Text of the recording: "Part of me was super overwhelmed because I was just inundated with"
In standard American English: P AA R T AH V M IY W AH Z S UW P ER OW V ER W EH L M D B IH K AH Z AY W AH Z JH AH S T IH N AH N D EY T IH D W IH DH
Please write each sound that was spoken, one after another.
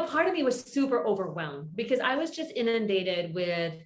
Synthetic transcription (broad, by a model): P AA R T AH V M IY W AH Z S UW P ER OW V ER W EH L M B IH K AH Z AY W AH Z JH AH S T IH N AH N D EY T IH D W IH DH